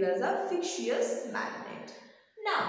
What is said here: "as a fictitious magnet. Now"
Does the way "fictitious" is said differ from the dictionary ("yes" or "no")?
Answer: yes